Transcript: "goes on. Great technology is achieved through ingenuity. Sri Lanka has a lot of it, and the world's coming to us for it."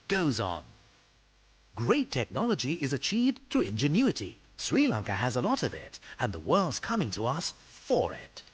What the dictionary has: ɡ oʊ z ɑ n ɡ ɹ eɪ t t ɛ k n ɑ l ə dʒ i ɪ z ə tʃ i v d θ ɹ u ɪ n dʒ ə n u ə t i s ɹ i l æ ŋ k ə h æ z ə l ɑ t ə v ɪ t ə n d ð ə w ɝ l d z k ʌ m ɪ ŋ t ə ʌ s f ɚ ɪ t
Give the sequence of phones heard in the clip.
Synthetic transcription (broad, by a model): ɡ oʊ z n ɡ ɹ eɪ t t ɛ k n ɑ l ə dʒ i ɪ z ə tʃ i v d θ u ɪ n dʒ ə n u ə t i s ɹ i l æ ŋ k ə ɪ z ə l ɑ t ə v ɪ t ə n ð ə w ɝ l d z k ʌ m ɪ ŋ t ə ʌ s f ɚ ɪ t